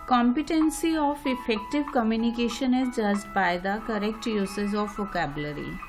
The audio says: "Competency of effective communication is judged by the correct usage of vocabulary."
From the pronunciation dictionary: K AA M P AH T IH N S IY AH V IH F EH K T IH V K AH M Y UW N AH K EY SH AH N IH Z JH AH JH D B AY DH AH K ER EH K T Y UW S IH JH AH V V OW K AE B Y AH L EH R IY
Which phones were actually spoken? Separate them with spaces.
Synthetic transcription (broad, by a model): K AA M P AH T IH N S IY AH F IH F EH K T IH V K AH M Y UW N AH K EY SH AH N IH Z JH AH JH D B AY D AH K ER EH K T Y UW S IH Z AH F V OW K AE B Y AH L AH R IY